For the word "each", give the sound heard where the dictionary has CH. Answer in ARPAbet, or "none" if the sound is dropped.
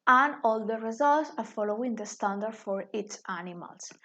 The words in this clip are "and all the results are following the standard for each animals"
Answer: S